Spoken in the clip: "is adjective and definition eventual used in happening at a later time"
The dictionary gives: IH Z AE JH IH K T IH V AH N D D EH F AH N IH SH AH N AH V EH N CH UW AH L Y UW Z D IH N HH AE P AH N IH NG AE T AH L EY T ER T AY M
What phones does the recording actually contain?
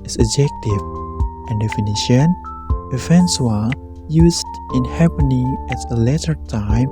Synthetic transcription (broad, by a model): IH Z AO JH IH K T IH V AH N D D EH F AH N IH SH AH N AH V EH N S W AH Y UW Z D IH N HH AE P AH N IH NG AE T AH L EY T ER T AY M